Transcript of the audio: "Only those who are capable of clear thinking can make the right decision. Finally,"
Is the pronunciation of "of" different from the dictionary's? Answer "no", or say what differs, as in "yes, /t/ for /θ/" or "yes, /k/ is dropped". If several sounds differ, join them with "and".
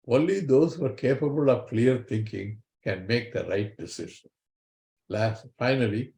no